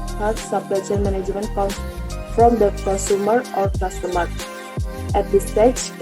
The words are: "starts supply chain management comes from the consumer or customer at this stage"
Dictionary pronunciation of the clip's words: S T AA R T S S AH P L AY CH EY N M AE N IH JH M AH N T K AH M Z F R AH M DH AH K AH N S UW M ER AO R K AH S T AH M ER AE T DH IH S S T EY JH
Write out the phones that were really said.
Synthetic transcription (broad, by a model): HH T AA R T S S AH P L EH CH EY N M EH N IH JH M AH N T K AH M F R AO M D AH K AH N S UW M ER AO R K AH S T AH M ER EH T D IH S S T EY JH